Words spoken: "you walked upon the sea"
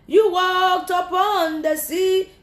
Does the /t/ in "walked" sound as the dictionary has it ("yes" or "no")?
yes